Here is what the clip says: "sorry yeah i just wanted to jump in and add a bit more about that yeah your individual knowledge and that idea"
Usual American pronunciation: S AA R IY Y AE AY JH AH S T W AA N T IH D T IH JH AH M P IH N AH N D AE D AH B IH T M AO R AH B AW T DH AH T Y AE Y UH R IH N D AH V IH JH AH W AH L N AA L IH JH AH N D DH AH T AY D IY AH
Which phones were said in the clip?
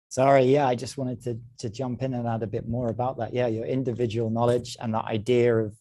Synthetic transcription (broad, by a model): S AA R IY Y AE AY JH AH S T W AA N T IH D T IH JH AH M P IH N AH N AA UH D AH B IH T M AO R AH B AW T DH AH T Y AE Y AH R IH N D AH V IH JH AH W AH L N AA L IH JH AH N DH AH T AY D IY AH